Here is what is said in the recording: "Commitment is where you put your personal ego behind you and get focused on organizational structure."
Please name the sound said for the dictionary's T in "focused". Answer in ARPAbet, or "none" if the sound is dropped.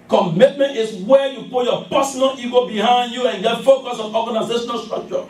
none